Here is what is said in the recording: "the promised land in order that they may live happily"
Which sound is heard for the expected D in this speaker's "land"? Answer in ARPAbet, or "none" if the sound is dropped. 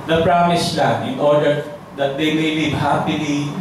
none